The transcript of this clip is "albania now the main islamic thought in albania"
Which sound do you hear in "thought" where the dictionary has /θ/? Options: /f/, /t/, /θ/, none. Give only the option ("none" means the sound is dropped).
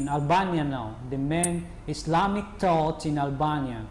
/t/